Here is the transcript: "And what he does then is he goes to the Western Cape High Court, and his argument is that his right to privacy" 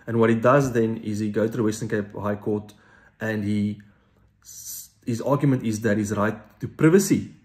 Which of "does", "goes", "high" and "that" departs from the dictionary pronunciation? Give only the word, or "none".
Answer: goes